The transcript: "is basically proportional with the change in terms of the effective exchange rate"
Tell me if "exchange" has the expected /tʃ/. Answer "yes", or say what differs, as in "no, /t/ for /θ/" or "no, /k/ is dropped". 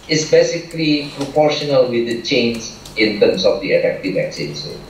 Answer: no, /tʃ/ is dropped